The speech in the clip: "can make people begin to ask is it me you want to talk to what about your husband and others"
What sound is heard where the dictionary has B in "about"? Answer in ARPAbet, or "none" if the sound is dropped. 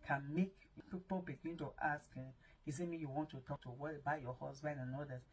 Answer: none